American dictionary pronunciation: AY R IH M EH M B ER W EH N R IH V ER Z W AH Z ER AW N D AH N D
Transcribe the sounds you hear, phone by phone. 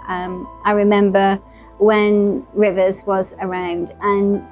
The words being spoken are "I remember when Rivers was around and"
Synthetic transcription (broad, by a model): AY R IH M EH M B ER W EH N R IH V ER Z W AH Z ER AW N D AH N